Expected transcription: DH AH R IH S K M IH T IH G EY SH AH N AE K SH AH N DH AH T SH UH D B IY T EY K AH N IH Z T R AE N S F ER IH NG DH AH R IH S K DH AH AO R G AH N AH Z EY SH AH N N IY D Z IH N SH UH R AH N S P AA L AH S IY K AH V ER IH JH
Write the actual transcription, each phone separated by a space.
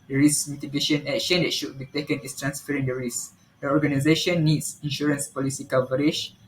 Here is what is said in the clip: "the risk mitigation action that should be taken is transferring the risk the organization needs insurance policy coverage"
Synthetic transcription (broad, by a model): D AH R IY S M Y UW T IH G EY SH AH N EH K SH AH N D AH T SH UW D B IY T EY K AH N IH S T R AE N S F ER IH NG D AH R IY S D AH AO R G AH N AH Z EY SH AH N N IY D S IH N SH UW R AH N S P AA L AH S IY K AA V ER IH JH